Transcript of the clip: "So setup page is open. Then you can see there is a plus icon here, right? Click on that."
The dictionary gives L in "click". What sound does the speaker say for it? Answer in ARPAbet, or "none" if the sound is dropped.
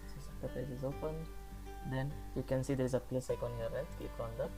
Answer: none